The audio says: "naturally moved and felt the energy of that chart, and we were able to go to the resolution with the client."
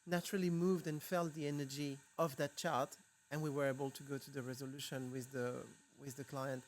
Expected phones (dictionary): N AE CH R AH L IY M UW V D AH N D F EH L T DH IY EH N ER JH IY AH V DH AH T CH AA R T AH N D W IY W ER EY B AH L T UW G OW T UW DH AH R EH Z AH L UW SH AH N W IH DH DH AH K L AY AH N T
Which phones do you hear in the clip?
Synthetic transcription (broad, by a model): N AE CH R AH L IY M UW V D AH N F EH L T DH IY EH N ER JH IY AH V DH AH T CH AA R T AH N W IY W ER EY B AH L T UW G OW T UW DH AH R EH Z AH L UW SH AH N W IH DH DH AH K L AY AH N T